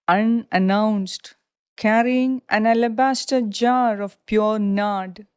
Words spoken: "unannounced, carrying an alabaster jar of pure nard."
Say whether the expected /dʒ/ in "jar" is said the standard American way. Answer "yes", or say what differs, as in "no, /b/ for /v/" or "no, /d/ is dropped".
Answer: yes